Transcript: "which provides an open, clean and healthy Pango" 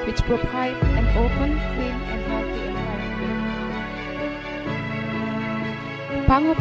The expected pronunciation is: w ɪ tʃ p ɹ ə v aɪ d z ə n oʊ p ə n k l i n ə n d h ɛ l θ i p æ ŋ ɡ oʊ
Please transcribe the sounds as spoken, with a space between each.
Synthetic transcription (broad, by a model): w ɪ tʃ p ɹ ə p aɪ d ə n oʊ p ə n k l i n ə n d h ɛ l t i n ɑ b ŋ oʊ